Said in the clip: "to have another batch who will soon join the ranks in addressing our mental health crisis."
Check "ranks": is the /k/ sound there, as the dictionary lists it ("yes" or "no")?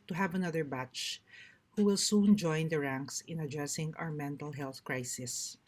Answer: yes